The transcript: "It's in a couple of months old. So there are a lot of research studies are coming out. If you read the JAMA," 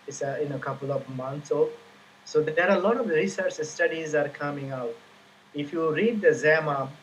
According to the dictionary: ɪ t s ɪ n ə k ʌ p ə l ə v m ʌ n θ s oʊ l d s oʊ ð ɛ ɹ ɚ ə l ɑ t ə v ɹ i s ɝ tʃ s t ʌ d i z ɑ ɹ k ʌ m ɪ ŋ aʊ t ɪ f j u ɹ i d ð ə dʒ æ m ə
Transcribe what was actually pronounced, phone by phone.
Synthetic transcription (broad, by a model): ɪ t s ɪ n ə k ʌ p ə l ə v m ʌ n t s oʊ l s oʊ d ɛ ɹ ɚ ə l ɑ t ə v ɹ i s ɝ tʃ s t ʌ d i z ɑ ɹ k ʌ m ɪ ŋ aʊ t ɪ f j u ɹ i d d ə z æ m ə